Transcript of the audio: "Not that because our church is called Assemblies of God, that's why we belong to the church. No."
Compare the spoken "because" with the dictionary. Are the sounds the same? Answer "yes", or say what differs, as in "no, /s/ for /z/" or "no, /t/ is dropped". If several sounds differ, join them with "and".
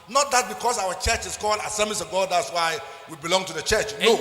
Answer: no, /s/ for /z/